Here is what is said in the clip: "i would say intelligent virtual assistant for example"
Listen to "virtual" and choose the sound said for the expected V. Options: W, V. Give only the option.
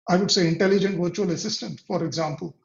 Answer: V